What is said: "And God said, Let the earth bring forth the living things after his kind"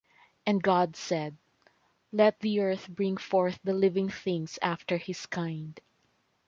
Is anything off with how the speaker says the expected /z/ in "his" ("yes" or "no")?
yes